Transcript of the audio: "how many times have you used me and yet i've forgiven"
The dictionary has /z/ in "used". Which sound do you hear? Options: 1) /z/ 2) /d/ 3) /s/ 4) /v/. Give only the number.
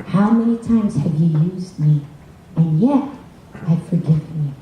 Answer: 1